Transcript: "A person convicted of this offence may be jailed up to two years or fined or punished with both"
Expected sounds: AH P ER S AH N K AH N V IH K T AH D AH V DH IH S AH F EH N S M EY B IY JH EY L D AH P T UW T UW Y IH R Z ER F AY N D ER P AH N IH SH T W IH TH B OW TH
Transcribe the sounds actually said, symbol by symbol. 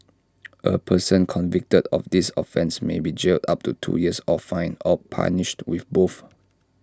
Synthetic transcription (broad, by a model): AH P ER S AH N K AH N V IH K T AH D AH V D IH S AH F EH N S M EY B IY JH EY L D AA P T UW T UW Y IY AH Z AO F AY N AO P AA N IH SH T W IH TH B OW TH